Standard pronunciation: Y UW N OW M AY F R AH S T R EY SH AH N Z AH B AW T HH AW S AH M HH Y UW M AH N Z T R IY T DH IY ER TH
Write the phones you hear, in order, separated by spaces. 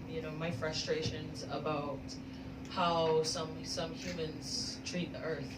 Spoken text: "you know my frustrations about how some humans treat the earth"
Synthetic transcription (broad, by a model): Y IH N OW M AY F R AH S T R EY SH AH N Z AH B AW T HH AW S AH M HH Y UW M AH N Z T R IY T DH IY ER TH